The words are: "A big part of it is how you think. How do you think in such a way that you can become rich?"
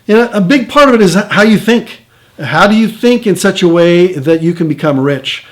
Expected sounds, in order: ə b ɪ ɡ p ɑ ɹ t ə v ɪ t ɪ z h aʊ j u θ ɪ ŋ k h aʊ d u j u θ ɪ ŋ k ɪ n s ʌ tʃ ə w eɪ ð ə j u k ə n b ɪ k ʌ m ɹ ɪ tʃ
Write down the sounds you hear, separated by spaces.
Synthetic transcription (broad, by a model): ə b ɪ ɡ p ɑ ɹ t ə v ɪ t ɪ z h aʊ j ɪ θ ɪ ŋ k h aʊ d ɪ j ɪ θ ɪ ŋ k ɪ n s ʌ tʃ ə w eɪ ð ə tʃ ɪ k ə n b ɪ k ʌ m ɹ ɪ tʃ